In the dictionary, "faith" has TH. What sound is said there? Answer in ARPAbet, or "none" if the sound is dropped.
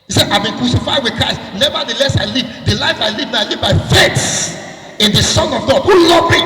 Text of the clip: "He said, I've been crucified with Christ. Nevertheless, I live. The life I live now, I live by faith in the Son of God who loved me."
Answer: S